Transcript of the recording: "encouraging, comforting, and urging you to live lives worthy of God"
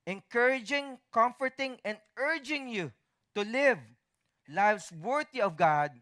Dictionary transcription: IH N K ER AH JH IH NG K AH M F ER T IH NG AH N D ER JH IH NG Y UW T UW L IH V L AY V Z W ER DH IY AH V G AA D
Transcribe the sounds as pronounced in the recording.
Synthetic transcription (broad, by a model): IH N K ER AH JH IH NG K AH M F ER T IH NG AH N D ER JH IH NG Y UW T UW L IH V L AY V S W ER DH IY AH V G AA D